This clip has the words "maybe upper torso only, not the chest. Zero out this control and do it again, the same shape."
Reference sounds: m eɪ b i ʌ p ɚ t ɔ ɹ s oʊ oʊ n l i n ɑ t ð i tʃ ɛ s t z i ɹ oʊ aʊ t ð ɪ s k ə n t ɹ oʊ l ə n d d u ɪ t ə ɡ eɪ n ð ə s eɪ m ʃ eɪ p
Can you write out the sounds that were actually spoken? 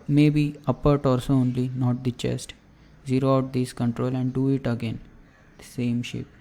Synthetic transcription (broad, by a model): m eɪ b i ʌ p ɚ t ɔ l s oʊ oʊ n l i n ɑ t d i tʃ ɛ s t z i ɹ oʊ aʊ t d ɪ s k ə n t ɹ oʊ l ə n d d u ɪ t ə ɡ eɪ n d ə s eɪ m ʃ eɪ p